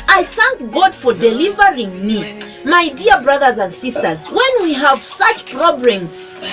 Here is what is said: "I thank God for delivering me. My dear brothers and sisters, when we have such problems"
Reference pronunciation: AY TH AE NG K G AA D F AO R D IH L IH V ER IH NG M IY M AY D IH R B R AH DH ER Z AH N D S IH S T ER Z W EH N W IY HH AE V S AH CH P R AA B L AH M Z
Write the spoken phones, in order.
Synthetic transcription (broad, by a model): AY TH AE NG K G AA D F AO R D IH L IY V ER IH NG M IY M AY D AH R B R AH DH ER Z AH N D S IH S T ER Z W EH N W IY HH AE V S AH CH P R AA B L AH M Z